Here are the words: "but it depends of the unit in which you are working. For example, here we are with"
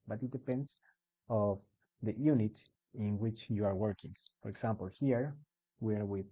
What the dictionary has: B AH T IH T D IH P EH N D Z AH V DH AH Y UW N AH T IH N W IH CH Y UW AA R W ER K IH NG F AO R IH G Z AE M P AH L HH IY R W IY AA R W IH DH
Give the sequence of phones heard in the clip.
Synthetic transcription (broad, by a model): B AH T IH T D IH P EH N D S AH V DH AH Y UW N AH T IH N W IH CH Y UW AA R W ER K IH NG F AO R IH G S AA M P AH L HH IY R W IY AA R W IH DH